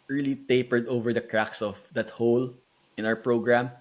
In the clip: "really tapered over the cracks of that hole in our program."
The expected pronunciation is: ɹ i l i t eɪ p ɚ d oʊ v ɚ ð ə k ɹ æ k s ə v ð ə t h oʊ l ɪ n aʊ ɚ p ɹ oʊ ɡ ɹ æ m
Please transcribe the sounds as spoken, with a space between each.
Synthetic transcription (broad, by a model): ɹ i l i t eɪ p ɚ d oʊ v ɚ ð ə k ɹ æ k s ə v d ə t h oʊ l ɪ n aʊ ɚ p ɹ oʊ ɡ ɹ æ m